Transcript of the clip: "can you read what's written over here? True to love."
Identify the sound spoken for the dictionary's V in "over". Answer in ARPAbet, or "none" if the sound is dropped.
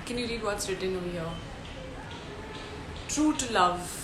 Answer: none